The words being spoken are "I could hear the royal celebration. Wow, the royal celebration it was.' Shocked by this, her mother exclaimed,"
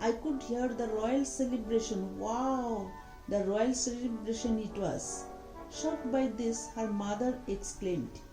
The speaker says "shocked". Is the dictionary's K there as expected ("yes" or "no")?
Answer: no